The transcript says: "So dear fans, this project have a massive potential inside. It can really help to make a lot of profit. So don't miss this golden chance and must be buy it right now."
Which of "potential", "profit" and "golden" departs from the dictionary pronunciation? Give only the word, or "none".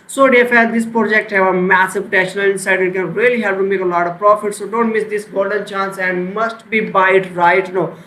potential